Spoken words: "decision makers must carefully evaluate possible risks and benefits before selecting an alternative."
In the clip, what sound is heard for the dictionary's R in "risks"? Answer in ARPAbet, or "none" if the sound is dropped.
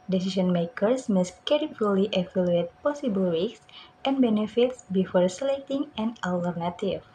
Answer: W